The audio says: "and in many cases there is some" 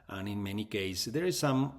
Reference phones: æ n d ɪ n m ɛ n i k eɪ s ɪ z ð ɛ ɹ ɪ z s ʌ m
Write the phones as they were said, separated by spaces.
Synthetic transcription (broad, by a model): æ n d ɪ n m ɛ n i k eɪ ɪ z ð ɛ ɹ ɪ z s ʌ m